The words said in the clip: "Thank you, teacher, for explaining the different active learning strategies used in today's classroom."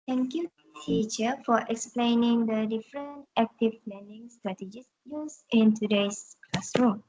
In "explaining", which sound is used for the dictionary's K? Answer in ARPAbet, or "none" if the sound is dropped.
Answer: K